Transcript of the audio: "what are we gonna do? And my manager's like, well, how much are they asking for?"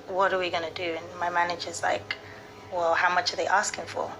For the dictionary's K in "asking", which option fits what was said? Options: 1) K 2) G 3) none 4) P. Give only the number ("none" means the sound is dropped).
1